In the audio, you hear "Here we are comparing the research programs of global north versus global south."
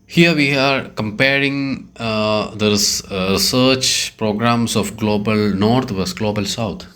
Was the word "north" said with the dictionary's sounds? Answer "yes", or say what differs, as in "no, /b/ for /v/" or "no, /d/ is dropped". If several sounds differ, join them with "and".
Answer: no, /t/ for /θ/